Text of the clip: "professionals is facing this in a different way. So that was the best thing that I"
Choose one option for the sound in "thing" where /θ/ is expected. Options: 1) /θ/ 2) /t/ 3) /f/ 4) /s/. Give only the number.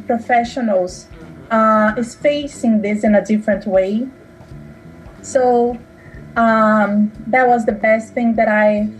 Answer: 1